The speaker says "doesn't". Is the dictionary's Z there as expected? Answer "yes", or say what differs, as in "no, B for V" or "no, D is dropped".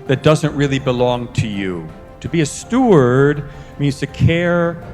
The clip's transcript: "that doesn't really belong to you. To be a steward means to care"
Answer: yes